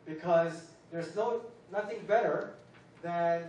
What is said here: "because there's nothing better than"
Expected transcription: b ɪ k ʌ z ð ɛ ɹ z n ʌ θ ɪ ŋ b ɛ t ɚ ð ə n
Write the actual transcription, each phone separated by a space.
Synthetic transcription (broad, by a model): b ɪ k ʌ z ð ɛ ɹ z n ʌ θ ɪ ŋ b ɛ t ɚ ð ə n